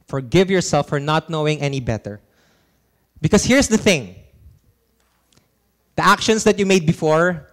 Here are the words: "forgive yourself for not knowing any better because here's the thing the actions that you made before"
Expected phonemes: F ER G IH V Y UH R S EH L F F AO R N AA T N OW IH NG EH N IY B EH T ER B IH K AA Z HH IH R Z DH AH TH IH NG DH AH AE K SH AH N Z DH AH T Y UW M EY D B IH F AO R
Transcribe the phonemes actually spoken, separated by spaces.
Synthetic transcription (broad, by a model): F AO G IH V Y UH R S EH L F F AO R N AA T N OW IH NG EH N IY B EH T ER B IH K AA S HH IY R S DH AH TH IH NG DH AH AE K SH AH N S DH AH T Y UW M EY D B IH F AO R